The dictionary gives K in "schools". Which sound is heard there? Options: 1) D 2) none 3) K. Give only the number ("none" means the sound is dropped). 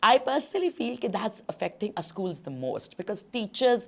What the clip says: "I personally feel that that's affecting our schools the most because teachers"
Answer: 3